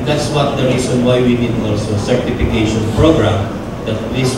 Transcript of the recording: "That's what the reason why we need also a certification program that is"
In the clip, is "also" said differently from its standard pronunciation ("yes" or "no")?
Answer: yes